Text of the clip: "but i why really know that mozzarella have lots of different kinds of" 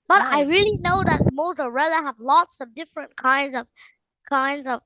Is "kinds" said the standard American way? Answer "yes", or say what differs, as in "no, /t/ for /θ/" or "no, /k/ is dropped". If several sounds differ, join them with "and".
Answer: yes